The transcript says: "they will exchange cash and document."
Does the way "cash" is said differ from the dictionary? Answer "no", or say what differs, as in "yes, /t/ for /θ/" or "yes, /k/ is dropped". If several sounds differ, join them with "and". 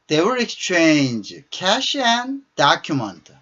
no